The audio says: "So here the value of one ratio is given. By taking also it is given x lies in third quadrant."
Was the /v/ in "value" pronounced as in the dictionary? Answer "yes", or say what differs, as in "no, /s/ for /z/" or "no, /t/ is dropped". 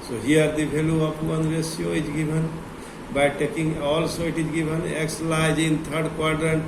no, /b/ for /v/